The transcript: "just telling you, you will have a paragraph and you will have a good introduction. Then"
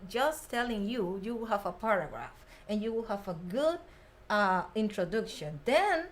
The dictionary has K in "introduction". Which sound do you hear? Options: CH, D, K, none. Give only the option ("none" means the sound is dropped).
K